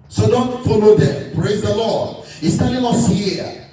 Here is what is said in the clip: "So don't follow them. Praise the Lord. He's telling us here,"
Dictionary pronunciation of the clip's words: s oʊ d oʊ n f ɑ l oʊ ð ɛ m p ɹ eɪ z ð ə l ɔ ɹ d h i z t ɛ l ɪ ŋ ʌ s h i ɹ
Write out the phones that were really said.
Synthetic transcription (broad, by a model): s oʊ d oʊ n f ɑ l oʊ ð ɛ m p ɹ eɪ z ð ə l ɔ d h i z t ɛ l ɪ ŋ ʌ s h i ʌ